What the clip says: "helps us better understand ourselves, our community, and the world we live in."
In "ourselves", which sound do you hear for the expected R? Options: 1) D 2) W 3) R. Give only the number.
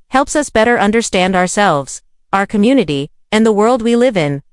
3